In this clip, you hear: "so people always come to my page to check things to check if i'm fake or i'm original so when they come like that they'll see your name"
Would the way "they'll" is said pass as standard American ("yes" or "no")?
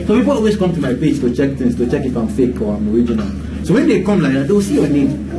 no